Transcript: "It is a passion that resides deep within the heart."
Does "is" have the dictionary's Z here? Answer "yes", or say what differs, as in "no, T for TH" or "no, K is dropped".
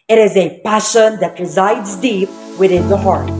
yes